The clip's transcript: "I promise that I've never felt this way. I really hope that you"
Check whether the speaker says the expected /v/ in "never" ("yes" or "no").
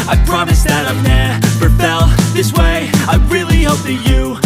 no